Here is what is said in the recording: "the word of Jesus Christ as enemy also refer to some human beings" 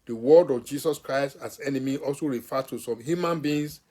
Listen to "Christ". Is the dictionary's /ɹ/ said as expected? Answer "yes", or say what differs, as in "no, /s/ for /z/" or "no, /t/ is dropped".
yes